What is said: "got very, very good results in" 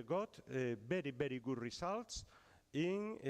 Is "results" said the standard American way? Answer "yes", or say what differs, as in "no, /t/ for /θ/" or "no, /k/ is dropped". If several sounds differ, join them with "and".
no, /s/ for /z/